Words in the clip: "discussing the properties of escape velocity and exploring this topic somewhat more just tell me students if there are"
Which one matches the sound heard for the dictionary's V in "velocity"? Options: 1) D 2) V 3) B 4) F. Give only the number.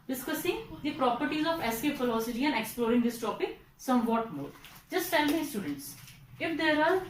4